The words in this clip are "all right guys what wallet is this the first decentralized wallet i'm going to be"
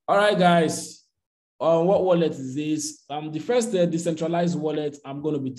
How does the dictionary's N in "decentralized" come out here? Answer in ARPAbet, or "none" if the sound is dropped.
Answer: N